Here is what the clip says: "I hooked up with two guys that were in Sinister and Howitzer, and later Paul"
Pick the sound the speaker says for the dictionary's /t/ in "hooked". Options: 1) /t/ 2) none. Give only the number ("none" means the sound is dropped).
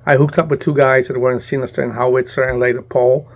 1